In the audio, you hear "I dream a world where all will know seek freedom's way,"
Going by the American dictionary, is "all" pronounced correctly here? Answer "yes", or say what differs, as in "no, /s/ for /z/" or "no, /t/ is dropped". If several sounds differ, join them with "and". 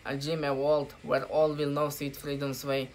yes